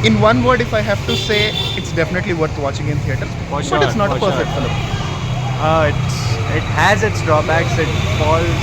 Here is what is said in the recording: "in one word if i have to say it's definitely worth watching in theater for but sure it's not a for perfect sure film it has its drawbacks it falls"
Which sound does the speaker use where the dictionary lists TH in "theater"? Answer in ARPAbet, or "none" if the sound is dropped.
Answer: T